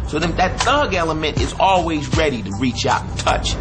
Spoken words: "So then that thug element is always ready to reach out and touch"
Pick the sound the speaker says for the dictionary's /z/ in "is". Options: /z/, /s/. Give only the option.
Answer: /z/